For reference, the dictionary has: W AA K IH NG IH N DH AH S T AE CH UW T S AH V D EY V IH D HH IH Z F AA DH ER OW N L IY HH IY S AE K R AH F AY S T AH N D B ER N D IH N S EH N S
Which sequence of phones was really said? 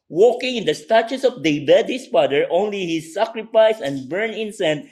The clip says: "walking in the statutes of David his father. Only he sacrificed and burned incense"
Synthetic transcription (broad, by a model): W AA K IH NG IH N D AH S T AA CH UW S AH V D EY B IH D HH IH S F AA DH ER OW N L IY HH IY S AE K R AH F AY S AH N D B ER N IH N S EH N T